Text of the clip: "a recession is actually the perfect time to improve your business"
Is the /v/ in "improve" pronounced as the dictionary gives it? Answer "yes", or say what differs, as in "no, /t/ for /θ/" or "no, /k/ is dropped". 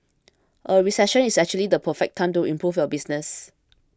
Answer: no, /f/ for /v/